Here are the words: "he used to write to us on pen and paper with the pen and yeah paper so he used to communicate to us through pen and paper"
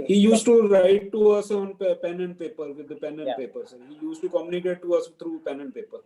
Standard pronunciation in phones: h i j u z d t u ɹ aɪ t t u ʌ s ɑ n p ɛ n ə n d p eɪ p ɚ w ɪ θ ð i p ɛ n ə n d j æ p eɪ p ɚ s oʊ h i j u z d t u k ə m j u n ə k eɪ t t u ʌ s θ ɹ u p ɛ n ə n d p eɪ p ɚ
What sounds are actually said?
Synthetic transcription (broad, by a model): h i j u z t u ɹ aɪ t t u ʌ s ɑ n p ɛ n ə n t p eɪ p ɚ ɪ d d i p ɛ n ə n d p eɪ p ɚ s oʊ h i j u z t u k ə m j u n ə k eɪ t t u ʌ s t ɹ u p ɛ n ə n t p eɪ p ɚ